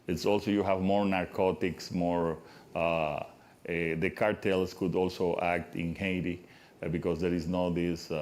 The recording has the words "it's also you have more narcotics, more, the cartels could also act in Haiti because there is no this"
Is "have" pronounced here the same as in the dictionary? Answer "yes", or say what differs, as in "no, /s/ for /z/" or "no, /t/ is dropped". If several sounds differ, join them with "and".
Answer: yes